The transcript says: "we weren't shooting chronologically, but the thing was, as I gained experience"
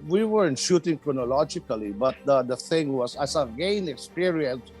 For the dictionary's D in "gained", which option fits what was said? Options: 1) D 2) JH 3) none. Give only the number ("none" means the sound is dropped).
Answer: 3